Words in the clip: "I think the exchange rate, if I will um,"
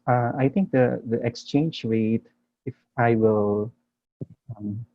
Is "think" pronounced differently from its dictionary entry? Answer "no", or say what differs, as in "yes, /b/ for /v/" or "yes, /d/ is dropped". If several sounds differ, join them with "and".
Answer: yes, /t/ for /θ/